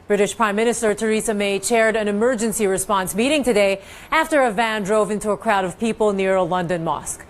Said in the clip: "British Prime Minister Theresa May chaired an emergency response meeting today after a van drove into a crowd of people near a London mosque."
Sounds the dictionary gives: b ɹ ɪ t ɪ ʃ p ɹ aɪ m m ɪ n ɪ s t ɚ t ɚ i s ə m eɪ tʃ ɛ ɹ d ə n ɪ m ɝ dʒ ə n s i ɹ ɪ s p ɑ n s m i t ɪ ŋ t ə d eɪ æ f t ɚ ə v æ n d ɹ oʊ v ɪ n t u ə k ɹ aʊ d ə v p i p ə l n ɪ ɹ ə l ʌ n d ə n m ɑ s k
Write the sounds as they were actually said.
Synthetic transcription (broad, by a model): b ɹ ɪ t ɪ ʃ p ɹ aɪ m m ɪ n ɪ s t ɚ t ɚ i s ə m eɪ tʃ ɛ ɹ d ə n ɪ m ɝ dʒ ə n s i ɹ ɪ s p ɑ n s m i t ɪ ŋ t ə d eɪ æ f t ɚ ə v æ n d ɹ oʊ v ɪ n t u ə k ɹ aʊ d ə v p i p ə l n ɪ ɹ ə l ʌ n d ə n m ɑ s k